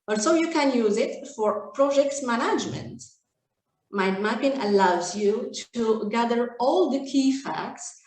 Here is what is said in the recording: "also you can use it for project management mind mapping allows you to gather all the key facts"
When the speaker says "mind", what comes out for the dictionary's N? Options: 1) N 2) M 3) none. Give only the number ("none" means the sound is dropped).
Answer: 3